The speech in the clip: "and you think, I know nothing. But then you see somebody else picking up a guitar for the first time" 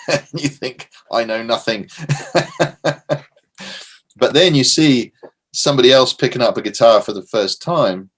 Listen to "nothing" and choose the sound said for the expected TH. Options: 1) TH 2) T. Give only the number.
1